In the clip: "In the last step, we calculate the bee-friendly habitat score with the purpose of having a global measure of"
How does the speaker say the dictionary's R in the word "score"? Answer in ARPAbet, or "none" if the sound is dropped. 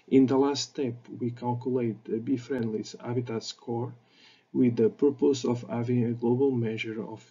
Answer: R